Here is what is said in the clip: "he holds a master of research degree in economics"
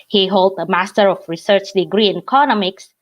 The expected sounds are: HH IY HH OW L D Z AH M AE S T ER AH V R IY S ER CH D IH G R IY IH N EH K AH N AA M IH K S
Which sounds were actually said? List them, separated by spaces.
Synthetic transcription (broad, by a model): HH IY HH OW L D AH M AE S T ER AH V R IY S ER CH D IH G R IY IH N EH K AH N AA M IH K S